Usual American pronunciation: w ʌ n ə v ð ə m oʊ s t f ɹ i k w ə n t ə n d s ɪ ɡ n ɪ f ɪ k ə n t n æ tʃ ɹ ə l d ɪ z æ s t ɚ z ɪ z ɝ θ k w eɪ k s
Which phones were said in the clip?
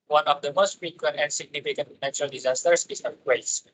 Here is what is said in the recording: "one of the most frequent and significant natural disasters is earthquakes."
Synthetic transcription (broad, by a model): w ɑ n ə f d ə m oʊ s t f ɹ i k w ə n t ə n s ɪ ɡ n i f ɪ k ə n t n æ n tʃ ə l d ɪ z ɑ s t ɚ s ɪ s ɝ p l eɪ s